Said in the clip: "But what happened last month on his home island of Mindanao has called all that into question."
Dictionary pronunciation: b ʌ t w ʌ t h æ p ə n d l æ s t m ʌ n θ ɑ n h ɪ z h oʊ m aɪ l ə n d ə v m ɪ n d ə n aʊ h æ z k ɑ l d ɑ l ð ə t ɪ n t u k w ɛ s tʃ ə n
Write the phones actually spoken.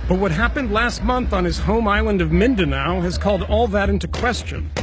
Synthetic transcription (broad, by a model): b ʌ t w ʌ t h æ p ə n d l æ s t m ʌ n θ n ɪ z h oʊ m aɪ l ə n d ə v m ɪ n d ə n aʊ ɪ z k ɑ l d ɑ l ð ə t ɪ n t u k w ɛ s tʃ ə n